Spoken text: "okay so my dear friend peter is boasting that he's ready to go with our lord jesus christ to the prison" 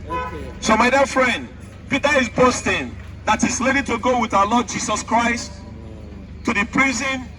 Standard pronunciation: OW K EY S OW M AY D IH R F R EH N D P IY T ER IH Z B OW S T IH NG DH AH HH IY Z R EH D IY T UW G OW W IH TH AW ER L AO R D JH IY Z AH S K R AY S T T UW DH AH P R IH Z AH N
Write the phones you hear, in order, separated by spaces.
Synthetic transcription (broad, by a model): S OW M AY D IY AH F R EH N D P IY T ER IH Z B OW S T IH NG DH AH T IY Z L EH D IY T UW G OW W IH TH AW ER L AO D JH IY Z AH S K R AY S T T UW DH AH P R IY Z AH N